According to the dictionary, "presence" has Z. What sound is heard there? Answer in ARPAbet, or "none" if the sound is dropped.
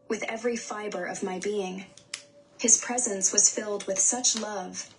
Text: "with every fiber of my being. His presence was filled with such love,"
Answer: Z